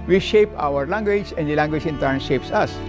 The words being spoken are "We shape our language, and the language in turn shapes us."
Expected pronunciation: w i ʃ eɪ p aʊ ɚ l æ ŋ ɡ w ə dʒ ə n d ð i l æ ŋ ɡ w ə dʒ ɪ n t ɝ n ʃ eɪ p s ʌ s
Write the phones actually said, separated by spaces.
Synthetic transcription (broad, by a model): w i ʃ eɪ p aʊ ɚ l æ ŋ ɡ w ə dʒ ə n d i l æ ŋ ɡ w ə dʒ ɪ n t ɝ n ʃ eɪ p s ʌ s